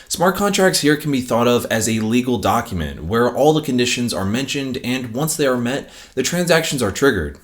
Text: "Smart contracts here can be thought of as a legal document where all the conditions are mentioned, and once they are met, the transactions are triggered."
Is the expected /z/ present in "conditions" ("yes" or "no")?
yes